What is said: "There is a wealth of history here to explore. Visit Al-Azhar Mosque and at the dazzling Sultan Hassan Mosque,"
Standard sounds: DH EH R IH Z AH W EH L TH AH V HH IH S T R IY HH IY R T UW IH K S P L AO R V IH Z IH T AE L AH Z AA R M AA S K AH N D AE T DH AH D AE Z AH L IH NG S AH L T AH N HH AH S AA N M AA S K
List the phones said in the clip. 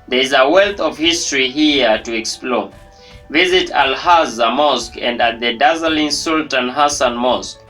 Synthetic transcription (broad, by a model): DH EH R IH Z AH W EH L TH AH V HH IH S T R IY HH IY T UW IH K S P L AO V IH Z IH T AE L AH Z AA M AA S K AH N D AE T DH AH D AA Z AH L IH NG S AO L T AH N HH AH S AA N M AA S K